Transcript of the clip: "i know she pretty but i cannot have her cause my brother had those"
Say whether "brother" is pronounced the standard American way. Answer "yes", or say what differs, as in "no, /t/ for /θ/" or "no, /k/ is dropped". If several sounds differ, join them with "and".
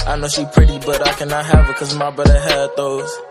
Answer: no, /ɹ/ is dropped